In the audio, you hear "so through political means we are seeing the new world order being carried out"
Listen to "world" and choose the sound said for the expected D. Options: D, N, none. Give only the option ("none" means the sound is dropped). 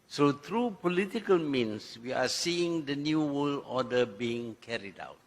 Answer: none